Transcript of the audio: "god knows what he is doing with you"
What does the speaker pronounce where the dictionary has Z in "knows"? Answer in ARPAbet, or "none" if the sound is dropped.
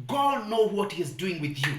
none